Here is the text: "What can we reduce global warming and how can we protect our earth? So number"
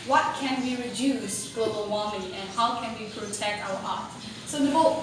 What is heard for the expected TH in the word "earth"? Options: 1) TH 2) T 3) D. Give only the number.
2